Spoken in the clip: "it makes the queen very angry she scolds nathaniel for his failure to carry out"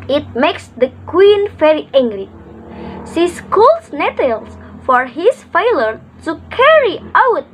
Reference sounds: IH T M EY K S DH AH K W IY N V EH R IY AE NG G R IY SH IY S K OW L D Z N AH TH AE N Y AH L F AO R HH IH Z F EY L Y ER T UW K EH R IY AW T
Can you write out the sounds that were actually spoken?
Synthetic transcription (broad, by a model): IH T M EY K S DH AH K W IY N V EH R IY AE NG G L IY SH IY S K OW L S N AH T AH L F AO R HH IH S F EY L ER T UW K EH R IY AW T